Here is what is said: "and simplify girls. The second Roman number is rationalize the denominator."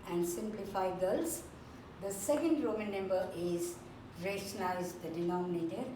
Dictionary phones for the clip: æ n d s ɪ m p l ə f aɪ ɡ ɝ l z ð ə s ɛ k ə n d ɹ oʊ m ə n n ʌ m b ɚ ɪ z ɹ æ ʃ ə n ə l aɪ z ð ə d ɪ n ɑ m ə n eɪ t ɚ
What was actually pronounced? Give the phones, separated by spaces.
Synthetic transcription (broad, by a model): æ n d s ɪ m p l ə f aɪ ɡ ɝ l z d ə s ɛ k ə n d ɹ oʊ m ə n n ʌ m b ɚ ɪ z ɹ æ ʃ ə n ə ɪ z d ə d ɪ n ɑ m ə n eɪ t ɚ